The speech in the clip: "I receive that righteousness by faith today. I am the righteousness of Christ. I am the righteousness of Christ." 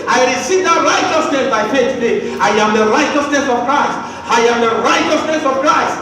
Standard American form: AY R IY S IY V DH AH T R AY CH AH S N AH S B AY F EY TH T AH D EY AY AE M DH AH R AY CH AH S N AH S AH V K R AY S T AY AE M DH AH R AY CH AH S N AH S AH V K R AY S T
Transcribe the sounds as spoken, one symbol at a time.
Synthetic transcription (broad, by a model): AY R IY S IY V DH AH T R AY CH AH S N AH S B AY P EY T AH D EY AY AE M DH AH R AY CH AH S N AH S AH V K R AY S T AY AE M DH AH R AY CH AH S N AH S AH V K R AY S T